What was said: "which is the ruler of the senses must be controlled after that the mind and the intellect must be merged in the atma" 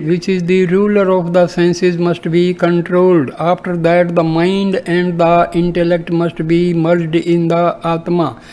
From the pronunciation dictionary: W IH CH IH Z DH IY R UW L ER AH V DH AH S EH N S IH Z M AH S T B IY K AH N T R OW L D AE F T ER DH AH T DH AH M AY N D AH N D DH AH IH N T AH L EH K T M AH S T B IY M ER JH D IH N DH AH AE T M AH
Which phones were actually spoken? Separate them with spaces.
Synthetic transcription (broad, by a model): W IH CH IH Z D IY R UW L ER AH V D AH S EH N S IH Z M AH S T B IY K AH N T R OW L D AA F T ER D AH T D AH M AY N D AH N D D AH IH N T AH L EH K T M AH S T B IY M ER JH D IH N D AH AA T M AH